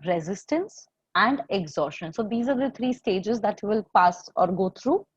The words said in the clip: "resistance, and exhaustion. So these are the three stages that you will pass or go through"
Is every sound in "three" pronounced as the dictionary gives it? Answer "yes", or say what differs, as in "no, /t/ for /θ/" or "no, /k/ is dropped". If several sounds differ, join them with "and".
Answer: no, /t/ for /θ/